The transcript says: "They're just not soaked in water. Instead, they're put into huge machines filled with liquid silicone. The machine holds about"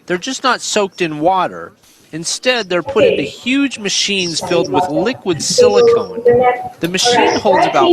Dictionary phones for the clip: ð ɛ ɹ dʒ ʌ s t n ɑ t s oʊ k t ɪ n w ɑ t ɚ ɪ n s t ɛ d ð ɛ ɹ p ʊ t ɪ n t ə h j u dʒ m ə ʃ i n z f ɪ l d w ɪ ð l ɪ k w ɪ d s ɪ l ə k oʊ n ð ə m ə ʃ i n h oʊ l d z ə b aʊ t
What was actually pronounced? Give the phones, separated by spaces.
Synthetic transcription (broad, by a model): ð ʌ ɹ dʒ ʌ s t n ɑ t s oʊ k t ɪ n w ɑ t ɚ ɪ n s t ɛ d ð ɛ ɹ p ʊ t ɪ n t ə h j u dʒ m ə ʃ i n z f ɪ l d w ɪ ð l ɪ k w ɪ d s ɪ l ə k oʊ n ð ə m ə ʃ i n h oʊ l d z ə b aʊ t